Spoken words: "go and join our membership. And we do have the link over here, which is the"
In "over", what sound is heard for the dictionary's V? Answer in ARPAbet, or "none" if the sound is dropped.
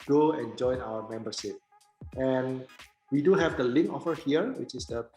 F